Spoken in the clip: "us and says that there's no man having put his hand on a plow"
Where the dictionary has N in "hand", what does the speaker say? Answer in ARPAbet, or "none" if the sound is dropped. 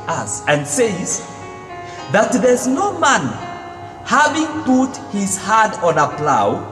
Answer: none